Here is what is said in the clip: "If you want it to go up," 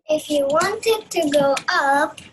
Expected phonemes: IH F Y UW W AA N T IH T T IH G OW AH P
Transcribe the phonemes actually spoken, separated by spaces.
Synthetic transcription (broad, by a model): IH F Y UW W AA N T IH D T IH G OW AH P